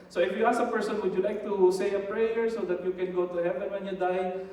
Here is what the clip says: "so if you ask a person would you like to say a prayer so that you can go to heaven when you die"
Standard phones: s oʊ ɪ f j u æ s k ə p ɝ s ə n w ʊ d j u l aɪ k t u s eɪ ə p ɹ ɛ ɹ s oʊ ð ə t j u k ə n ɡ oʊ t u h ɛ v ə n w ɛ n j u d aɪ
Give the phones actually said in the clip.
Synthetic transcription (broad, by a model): s oʊ ɪ f j u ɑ s ə p ɝ s ə n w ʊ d j u l aɪ k t u s eɪ ə p ɹ ɛ ɹ s oʊ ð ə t j u k ə n ɡ oʊ t u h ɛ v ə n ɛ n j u d aɪ